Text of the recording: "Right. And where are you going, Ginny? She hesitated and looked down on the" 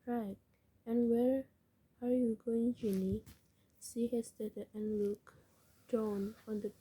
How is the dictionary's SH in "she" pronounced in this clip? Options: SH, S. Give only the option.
S